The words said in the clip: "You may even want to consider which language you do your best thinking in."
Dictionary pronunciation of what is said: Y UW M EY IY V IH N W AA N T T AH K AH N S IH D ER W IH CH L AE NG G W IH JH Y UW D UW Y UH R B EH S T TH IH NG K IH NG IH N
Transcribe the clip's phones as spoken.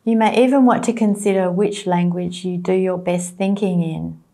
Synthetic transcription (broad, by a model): Y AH M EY IY V IH N W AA N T T AH K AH N S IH D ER W IH CH L AE NG G W IH JH Y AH D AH Y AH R B EH S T TH IH NG K IH NG IH N